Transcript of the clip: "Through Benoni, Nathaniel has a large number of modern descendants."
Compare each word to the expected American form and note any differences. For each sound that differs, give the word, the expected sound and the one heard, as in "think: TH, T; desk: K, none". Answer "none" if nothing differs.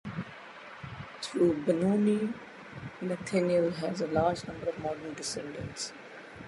through: TH, T; nathaniel: TH, T